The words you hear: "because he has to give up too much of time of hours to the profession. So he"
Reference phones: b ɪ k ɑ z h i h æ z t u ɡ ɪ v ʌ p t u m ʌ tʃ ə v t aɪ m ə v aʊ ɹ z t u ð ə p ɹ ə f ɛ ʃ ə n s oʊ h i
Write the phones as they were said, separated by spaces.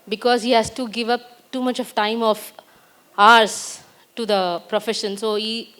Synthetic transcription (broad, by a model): b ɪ k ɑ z h i h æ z t u ɡ ɪ v ʌ p t u m ʌ tʃ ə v t aɪ m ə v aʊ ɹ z t u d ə p ɹ ə f ɛ ʃ ə n s oʊ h i